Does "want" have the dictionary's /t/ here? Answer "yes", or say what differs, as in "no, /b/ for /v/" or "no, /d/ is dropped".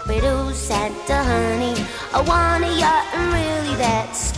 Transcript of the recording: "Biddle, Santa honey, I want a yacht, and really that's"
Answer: no, /t/ is dropped